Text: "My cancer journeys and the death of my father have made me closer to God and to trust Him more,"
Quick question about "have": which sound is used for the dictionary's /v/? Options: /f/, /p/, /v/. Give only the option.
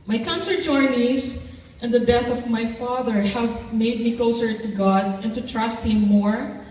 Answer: /v/